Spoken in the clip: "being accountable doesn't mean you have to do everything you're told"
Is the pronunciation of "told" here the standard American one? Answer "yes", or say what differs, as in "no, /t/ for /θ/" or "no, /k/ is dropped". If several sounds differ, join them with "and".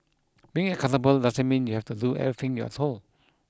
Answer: no, /d/ is dropped